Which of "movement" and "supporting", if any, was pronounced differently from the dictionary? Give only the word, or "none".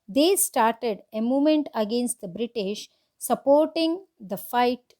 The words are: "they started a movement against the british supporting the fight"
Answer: movement